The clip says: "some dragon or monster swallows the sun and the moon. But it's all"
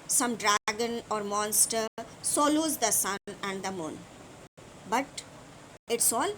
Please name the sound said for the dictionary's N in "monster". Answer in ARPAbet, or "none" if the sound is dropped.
N